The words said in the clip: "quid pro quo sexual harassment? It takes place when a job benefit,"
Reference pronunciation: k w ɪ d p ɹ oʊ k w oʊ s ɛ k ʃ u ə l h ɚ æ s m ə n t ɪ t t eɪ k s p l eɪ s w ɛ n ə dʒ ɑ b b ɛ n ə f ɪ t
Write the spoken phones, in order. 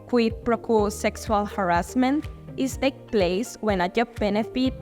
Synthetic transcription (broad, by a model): k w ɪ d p ɹ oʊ k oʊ s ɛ k s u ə l h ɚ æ s m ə n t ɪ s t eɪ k p l eɪ s w ɛ n ə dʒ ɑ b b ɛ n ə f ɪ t